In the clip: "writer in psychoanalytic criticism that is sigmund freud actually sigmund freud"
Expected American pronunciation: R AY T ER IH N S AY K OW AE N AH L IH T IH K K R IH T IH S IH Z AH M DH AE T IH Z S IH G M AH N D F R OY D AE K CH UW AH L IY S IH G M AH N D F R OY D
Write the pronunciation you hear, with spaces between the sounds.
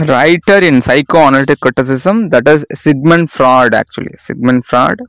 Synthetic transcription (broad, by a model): R AY T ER IH N S AY K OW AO N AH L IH T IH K K R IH T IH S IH S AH M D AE T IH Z S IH G M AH N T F R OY D AE K CH UW AH L IY S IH G M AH N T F R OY D